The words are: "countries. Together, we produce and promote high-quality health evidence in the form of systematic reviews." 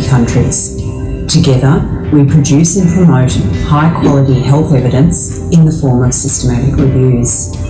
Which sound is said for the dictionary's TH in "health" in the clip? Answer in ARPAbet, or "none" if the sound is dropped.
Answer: TH